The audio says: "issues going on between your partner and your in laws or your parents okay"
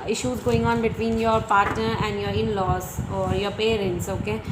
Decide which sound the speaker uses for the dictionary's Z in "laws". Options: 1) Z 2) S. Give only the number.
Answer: 2